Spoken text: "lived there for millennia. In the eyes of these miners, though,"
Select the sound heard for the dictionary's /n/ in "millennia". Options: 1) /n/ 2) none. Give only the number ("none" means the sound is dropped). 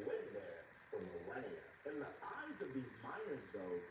2